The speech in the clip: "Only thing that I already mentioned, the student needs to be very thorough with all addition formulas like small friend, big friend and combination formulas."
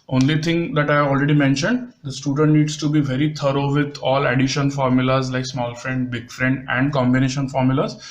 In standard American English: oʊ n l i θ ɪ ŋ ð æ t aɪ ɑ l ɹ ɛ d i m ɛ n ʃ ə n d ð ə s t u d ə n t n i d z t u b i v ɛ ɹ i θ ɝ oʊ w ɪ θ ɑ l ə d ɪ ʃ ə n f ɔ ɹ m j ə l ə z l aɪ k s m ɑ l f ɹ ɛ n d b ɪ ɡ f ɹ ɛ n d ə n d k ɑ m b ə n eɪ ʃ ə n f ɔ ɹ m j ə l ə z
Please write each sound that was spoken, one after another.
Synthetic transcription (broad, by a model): oʊ n l i t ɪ ŋ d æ t aɪ ɑ l ɹ ɛ d i m ɛ n ʃ ə n d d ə s t u d ə n t n i d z t u b i v ɛ ɹ i t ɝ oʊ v ɪ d ɑ l ə d ɪ ʃ ə n f ɔ ɹ m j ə l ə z l aɪ k s m ɑ l f ɹ ɛ n d b ɪ ɡ f ɹ ɛ n d ə n d k ɑ m b ə n eɪ ʃ ə n f ɔ ɹ m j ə l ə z